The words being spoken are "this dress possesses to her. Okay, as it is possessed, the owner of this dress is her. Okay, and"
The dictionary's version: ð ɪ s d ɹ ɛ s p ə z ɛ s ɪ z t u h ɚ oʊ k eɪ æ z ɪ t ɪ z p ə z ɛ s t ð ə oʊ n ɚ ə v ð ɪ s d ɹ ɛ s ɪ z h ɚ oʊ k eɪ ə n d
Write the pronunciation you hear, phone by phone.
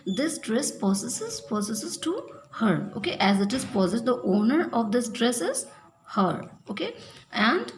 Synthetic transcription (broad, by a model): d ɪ s d ɹ ɛ s p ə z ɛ s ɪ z t u h ɚ oʊ k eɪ æ z ɪ t ɪ z p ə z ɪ t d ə oʊ n ɚ ə v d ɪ s d ɹ ɛ s ɪ z h ɚ oʊ k eɪ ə n d